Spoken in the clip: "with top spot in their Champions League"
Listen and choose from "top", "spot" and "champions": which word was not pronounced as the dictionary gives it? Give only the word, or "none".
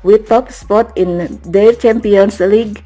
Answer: champions